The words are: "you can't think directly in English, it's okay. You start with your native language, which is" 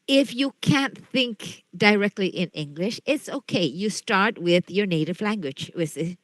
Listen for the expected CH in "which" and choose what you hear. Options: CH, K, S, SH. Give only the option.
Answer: S